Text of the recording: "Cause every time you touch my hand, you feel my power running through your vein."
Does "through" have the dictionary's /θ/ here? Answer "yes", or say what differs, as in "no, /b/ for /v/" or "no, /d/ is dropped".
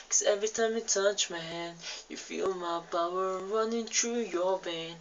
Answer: no, /t/ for /θ/